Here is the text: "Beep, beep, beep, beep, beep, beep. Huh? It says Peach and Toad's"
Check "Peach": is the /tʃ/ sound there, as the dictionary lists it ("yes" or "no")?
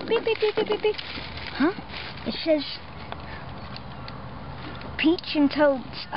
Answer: yes